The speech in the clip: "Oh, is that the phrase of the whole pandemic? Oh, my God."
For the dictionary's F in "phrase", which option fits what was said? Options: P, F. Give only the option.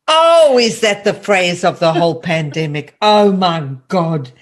F